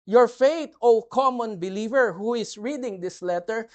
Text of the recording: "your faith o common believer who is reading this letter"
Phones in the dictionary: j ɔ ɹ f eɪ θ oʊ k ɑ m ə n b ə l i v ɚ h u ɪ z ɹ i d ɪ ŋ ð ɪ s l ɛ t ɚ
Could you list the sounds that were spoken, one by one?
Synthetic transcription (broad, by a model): j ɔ ɹ f eɪ t oʊ k ɑ m ə n b ə l i v ɚ h u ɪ s ɹ i d ɪ ŋ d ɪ s l ɛ t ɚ